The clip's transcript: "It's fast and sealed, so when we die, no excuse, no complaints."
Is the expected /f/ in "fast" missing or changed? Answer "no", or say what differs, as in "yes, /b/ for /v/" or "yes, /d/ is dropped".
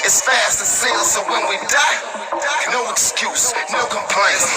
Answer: no